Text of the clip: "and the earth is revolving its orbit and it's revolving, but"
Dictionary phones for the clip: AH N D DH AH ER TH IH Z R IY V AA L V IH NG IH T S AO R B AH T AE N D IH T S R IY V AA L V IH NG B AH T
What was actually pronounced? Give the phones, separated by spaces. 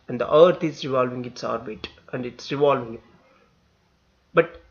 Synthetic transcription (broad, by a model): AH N D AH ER T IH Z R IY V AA L V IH NG IH T S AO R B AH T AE N D IH T S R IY V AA L V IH NG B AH T